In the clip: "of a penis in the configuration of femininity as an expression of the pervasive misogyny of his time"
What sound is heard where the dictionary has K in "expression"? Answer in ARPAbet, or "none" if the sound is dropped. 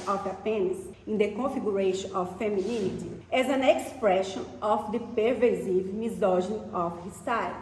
K